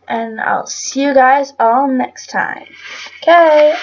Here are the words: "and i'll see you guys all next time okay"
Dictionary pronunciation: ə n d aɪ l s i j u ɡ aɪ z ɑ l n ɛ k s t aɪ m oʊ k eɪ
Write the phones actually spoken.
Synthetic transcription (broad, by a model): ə n aɪ l s i j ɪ ɡ aɪ z ɑ l n ɛ k s t aɪ m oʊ k eɪ